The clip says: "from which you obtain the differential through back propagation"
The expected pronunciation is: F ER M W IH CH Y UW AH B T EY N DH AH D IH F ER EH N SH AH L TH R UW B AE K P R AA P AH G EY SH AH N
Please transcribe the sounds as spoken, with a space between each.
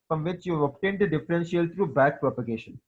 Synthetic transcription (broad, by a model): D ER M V IH CH Y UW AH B T EY N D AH D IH F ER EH N S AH L T R UW B AE K P R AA P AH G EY SH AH N